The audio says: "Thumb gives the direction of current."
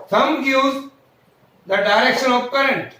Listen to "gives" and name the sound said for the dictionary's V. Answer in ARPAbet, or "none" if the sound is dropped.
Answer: none